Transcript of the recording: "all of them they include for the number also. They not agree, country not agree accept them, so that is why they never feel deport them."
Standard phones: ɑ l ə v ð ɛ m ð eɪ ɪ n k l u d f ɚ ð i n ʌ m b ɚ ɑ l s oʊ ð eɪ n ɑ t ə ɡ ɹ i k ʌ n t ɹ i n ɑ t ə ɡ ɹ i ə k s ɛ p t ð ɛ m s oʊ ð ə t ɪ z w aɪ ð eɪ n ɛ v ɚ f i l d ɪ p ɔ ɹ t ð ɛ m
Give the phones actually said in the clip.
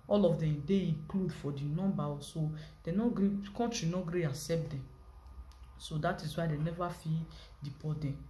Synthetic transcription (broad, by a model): ɑ l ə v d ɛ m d eɪ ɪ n k l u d f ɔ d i n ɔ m b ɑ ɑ s oʊ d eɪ n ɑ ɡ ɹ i k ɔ n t ɹ i n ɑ ɡ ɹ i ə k s ɛ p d ɛ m s oʊ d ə t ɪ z w aɪ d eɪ n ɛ v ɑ f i d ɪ p ɔ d ɛ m